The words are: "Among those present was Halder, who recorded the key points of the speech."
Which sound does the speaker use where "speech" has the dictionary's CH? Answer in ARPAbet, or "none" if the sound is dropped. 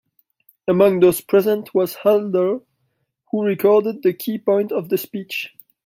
CH